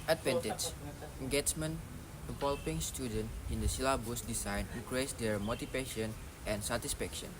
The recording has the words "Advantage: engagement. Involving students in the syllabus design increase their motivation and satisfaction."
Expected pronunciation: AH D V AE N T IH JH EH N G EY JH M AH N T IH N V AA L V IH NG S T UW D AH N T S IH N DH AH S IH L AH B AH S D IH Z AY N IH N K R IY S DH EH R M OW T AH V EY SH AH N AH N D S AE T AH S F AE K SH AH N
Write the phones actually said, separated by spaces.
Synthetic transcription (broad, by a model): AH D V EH N T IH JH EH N G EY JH M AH N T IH V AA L P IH NG S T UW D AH N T IH N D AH S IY L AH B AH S D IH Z AY N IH K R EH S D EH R M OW T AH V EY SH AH N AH N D S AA T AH S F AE K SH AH N